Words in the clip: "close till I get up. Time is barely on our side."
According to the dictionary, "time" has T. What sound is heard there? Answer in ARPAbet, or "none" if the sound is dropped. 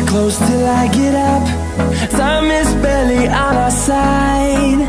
S